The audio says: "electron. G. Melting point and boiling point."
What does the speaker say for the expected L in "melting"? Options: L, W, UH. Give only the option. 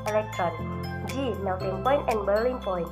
W